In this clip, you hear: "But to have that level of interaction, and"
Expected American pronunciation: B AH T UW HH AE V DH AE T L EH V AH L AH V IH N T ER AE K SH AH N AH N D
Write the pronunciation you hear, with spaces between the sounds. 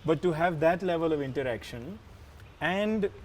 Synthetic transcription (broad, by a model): B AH T UW HH AE V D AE T L EH V AH L AH V IH N T ER AE K SH AH N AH N D